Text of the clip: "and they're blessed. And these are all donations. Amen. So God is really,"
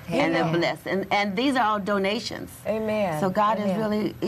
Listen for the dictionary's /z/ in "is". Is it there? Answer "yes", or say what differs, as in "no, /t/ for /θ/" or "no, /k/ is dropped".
yes